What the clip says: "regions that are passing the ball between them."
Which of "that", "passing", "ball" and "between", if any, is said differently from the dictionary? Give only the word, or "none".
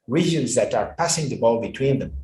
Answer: none